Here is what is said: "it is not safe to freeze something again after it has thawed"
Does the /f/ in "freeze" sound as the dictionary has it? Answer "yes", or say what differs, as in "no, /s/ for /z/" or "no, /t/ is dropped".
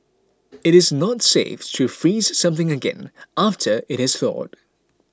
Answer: yes